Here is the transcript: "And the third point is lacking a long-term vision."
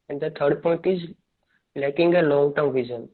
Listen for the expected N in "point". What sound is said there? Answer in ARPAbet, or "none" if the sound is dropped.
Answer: N